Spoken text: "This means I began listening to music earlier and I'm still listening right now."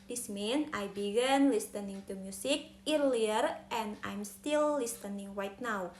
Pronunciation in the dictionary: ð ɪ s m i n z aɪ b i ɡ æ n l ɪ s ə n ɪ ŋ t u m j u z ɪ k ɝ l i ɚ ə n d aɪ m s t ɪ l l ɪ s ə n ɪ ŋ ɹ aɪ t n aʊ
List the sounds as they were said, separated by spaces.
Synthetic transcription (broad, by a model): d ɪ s m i n aɪ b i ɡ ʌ n l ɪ s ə n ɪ ŋ t u m j u s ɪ k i l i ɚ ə n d aɪ m s t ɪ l l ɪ s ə n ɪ ŋ w aɪ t n aʊ